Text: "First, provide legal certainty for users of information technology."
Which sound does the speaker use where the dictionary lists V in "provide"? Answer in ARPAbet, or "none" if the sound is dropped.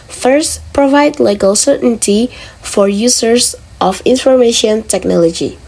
V